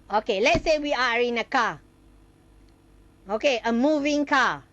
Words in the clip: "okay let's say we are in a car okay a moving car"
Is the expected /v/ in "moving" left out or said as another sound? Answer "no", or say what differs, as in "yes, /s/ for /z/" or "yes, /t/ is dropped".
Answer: no